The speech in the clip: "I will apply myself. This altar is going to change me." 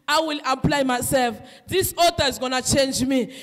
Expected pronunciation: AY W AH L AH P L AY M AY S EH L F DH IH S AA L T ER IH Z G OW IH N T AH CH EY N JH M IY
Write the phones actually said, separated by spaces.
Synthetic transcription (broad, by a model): AY W AH L AH P L AY M AY S EH L F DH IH S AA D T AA IH Z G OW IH N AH CH EY N JH M IY